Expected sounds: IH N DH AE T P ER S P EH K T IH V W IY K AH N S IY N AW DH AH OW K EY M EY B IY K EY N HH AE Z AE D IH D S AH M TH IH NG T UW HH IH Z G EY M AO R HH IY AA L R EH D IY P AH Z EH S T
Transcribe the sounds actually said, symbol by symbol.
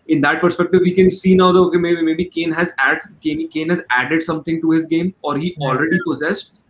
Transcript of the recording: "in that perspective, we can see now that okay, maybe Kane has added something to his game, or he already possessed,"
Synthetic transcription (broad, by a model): IH N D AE T P ER S P EH K T IH V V IY K AH N S IY N AW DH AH OW K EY M EY B IY K EY N HH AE Z AE D IH D S AH M T IH NG T UW HH IH Z G EY M AO R HH IY AA L R EH D IY P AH Z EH S T